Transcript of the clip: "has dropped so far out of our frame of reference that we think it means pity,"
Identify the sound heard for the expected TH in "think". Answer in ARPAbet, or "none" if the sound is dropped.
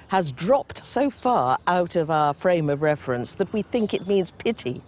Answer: TH